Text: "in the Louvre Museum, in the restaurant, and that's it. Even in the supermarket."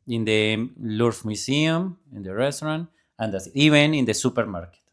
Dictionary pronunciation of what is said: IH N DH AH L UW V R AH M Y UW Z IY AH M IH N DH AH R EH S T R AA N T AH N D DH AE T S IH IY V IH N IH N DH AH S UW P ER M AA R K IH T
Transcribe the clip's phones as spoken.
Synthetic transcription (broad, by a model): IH N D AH L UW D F M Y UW S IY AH M IH N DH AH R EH S T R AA N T AH N D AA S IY B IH N IH N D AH S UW P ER M AA R K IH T